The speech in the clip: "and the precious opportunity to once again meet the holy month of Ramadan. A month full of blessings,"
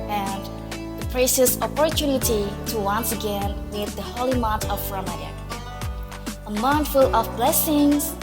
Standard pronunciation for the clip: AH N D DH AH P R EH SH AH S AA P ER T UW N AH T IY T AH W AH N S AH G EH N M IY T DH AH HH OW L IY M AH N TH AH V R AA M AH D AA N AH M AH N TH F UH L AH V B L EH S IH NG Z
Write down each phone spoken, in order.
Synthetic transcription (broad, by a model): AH N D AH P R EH S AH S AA P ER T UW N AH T IY T AH W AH N S AH G EH N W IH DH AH HH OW L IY M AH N T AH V R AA M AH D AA AH M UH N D F UH L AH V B L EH S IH NG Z